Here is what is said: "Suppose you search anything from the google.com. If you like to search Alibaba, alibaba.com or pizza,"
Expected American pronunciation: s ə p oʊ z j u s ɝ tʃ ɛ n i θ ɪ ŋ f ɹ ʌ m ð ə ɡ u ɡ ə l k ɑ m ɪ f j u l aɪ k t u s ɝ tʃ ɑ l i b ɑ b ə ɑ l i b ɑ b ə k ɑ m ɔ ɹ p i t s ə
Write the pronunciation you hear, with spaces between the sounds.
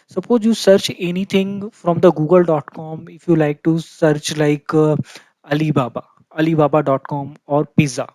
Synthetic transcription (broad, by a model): s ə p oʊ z j u s ɝ tʃ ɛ n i t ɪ ŋ f ɹ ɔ m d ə ɡ u ɡ ə l k ɑ m ɪ f j u l aɪ k t u s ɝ tʃ ɑ l i b ɑ b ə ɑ l i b ɑ b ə k ɑ m ɔ ɹ p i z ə